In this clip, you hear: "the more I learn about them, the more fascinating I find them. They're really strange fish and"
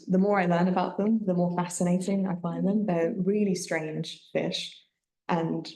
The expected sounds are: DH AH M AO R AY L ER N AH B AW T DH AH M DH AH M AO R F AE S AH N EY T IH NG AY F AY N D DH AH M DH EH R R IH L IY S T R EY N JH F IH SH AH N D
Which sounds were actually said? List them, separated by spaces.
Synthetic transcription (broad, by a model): DH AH M AO R AY L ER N AH B AW T DH AH M DH AH M AO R F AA S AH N EY T IH NG AY F AY N DH AH M DH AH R R IH L IY S T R EY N ZH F IH SH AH N